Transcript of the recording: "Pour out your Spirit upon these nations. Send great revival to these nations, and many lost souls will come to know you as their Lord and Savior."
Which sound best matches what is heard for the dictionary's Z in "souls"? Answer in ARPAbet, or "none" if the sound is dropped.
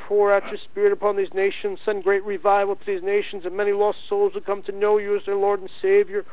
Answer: Z